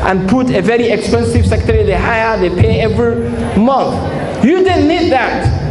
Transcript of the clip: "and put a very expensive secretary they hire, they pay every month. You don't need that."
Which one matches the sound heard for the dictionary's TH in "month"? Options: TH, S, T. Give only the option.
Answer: TH